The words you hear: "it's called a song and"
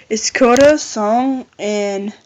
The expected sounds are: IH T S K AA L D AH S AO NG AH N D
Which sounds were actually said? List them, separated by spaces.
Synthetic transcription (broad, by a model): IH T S K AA D AH S AO NG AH N